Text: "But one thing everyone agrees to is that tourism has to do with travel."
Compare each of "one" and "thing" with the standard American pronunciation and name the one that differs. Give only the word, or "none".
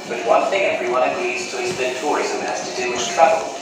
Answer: none